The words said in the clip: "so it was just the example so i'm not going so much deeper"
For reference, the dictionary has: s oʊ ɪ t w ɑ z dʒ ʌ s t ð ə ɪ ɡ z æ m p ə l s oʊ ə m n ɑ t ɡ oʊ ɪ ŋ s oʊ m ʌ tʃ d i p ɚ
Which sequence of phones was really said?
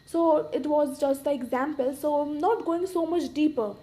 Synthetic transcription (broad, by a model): s oʊ ɪ t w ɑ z dʒ ʌ s t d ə ɪ ɡ z æ m p ə l s oʊ ə m n ɑ t ɡ oʊ ɪ ŋ s oʊ m ʌ tʃ d i p ɚ